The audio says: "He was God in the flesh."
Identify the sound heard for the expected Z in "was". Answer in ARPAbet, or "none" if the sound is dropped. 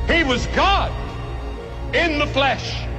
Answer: Z